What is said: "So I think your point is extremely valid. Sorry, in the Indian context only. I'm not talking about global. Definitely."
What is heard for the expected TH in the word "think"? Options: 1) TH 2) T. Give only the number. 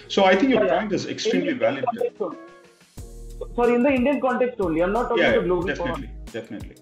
2